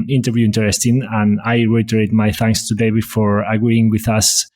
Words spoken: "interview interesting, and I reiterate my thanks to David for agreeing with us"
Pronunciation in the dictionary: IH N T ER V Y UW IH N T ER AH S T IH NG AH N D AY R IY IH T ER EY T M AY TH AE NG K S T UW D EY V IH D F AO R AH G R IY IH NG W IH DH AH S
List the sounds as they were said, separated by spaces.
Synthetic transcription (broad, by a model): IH N T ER V Y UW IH N T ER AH S T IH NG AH N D AY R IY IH T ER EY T M AY TH AE NG K S T UW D EY B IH F AO R AH G R IY IH NG W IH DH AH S